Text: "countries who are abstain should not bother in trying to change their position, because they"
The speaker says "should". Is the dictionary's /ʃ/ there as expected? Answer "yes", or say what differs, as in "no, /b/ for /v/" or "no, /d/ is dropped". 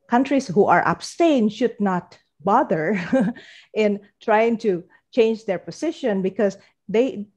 yes